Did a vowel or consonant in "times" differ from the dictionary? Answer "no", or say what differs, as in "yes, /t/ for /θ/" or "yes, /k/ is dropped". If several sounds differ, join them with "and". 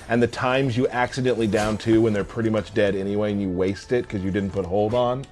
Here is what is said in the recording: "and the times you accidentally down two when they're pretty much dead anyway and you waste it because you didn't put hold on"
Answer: no